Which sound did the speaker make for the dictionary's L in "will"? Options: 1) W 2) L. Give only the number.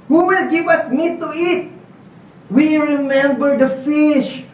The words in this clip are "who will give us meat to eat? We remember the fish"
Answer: 2